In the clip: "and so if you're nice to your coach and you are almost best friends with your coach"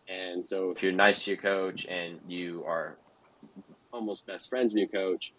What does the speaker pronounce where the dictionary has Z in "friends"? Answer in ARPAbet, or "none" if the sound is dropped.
Z